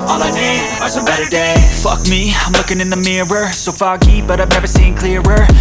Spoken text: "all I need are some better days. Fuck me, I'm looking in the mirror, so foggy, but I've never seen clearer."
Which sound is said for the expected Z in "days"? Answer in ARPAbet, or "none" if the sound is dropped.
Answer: none